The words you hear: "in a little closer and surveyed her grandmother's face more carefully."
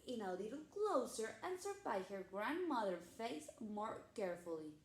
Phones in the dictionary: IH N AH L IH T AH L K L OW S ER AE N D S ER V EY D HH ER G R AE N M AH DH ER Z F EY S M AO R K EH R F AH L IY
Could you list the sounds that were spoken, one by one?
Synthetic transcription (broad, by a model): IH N AH L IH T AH L K L OW S ER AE N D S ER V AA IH HH ER G R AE N M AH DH ER F EY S M AO R K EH R F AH L IY